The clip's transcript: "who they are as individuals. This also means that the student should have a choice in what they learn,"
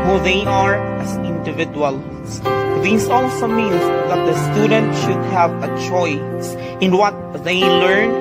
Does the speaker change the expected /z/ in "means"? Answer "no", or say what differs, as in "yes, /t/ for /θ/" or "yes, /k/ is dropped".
yes, /s/ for /z/